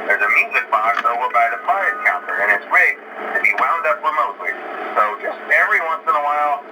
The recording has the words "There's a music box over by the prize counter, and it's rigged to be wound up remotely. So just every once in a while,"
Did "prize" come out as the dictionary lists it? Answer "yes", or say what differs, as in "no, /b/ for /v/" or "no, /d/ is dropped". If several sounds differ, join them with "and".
no, /f/ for /p/